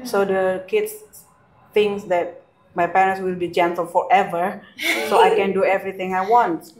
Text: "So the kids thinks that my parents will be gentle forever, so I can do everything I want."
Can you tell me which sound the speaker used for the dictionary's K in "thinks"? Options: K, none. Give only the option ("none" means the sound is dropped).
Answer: none